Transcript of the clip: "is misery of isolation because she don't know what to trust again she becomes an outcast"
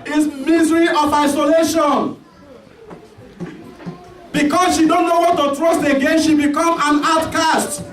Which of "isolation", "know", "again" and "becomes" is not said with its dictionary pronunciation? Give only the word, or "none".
becomes